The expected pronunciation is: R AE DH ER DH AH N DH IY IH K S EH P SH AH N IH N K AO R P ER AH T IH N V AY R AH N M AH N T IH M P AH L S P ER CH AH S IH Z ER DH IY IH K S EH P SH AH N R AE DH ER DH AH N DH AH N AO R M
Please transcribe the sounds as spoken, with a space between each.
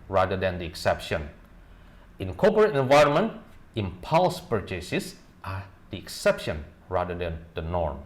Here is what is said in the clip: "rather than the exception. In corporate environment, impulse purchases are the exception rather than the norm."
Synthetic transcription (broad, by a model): R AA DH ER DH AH N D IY IH K S EH P SH AH N IH N K AO P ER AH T IH N V AY R AH N M AH N T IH M P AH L S P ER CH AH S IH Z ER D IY IH K S EH P SH AH N R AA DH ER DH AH N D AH N AO R M